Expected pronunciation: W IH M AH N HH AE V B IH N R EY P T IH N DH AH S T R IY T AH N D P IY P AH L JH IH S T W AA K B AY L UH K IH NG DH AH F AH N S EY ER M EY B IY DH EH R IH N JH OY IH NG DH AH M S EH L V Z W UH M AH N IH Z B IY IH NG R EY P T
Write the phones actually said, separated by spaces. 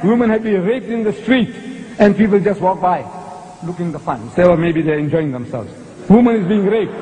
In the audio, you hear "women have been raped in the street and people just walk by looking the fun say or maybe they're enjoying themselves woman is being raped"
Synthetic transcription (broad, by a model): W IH M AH N HH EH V B IH N R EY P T IH N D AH S T R IY T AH N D P IY P AH L JH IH S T W AA K B AY L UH K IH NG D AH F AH N S EY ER M EY B IY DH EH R IH N JH OY IH NG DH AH M S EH L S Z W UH M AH N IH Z B IY IH NG R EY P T